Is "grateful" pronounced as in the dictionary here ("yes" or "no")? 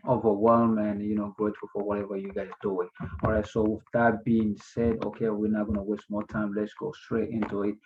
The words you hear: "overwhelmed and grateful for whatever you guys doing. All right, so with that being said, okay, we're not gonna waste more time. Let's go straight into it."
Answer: no